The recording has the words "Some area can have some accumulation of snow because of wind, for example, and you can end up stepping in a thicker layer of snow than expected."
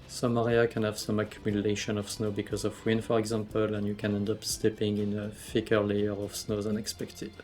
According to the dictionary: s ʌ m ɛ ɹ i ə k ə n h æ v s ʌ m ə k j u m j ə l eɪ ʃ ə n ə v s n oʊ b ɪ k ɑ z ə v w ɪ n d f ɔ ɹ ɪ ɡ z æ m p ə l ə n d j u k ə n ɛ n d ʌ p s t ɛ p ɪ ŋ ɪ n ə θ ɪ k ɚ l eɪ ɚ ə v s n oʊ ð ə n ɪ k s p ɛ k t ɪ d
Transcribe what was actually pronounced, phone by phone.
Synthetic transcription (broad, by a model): s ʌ m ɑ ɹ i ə k ə n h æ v s ʌ m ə k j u m j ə l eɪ ʃ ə n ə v s n oʊ b ɪ k ɑ z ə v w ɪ n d f ɔ ɹ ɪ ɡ z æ m p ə l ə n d j u k ə n ɛ n d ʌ p s t ɛ p ɪ ŋ ɪ n ə f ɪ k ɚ l eɪ ɚ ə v s n oʊ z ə n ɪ k s p ɛ k t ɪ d